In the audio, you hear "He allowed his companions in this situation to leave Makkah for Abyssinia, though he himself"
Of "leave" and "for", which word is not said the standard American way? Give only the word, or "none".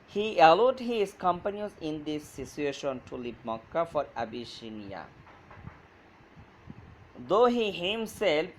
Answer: leave